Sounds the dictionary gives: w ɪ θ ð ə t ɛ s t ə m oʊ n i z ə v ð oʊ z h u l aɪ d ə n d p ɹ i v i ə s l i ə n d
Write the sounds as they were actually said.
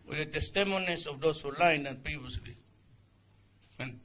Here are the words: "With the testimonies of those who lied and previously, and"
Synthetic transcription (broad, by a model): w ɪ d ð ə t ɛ s t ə m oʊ n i s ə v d oʊ s h u l aɪ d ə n p ɹ i v i ə s l i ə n